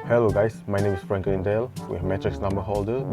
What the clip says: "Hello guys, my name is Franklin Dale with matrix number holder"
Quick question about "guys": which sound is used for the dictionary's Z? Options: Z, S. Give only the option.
S